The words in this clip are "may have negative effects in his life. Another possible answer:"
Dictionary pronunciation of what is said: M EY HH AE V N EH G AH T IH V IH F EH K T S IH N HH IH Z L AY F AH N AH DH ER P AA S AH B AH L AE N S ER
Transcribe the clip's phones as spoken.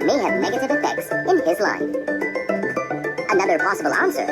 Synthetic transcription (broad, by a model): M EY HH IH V N EH G AH T IH V IH F EH K T S IH N IH Z L AY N AH N AH DH ER P AA S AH B L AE N S ER